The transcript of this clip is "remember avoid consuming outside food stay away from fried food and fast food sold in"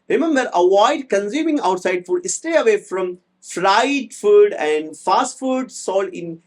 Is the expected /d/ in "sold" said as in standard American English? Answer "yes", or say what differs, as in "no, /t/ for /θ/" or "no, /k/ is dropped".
no, /d/ is dropped